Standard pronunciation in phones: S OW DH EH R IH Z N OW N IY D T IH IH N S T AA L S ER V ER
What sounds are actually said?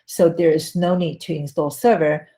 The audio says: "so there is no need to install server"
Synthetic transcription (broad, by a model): S OW DH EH R IH Z N OW N IY D T IH IH N S T AA L S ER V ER